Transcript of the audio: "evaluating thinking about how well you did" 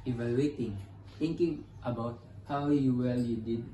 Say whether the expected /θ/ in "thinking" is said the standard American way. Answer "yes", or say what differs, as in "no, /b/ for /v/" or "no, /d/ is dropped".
no, /t/ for /θ/